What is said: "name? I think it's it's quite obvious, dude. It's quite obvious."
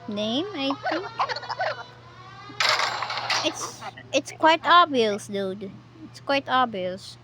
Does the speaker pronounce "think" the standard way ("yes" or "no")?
no